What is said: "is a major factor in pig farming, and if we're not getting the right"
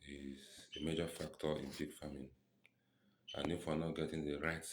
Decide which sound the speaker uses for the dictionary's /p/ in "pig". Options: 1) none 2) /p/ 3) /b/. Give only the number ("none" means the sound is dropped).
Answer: 3